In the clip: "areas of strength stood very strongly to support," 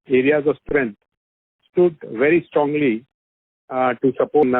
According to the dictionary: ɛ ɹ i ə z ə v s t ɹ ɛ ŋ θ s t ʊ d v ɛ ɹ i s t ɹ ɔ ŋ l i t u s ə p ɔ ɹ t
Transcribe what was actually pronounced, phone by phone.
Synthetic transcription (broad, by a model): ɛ ɹ i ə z ə v s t ɹ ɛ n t s t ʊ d v ɛ ɹ i s t ɹ ɔ ŋ l i t u s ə p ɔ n